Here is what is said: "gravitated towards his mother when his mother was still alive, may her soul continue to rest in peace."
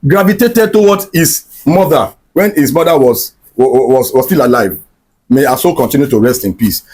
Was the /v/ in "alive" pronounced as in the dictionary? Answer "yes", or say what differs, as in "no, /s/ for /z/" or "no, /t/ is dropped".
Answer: yes